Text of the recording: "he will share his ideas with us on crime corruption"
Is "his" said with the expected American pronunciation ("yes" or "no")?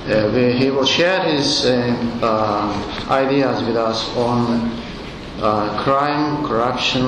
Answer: yes